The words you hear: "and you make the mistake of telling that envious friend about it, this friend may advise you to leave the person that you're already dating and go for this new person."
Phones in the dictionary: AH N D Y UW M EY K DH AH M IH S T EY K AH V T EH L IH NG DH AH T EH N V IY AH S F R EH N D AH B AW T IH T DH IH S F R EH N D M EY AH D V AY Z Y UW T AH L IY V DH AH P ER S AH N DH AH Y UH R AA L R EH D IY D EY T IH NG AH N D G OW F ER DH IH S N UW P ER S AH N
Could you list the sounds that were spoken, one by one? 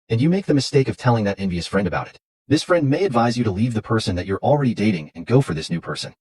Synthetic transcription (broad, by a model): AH N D Y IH M EY K DH AH M IH S T EY K AH V T EH L IH NG DH AH T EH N V IY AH S F R EH N D AH B AW T IH T DH IH S F R EH N D M EY AH D V AY Z Y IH T AH L IY V DH AH P ER S AH N DH AH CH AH R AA L R EH D IY D EY T IH NG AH N G OW F ER DH IH S N UW P ER S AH N